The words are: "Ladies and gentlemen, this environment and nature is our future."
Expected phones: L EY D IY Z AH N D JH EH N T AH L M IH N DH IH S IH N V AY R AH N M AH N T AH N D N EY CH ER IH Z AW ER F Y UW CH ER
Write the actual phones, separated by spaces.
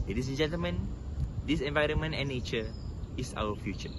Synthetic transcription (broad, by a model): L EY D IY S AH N JH EH N T AH L M IH N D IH S IH N V AY R AH N M AH N T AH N N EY CH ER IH S AW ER F Y UW CH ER